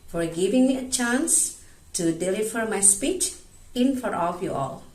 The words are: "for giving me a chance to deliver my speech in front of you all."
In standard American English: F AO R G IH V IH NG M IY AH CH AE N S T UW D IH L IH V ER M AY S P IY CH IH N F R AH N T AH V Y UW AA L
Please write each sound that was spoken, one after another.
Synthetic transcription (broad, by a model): F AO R G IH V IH NG M IY AH CH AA N S T UW D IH L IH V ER M AY S P IY CH IH N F AH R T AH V Y UW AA L